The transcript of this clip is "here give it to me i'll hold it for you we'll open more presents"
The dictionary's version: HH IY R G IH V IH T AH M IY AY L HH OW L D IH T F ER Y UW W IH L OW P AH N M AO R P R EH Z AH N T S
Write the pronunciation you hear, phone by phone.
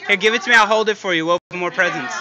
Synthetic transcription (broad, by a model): HH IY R G IH V IH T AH M IY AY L HH OW L D IH T F ER Y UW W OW AH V M AO R P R EH Z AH N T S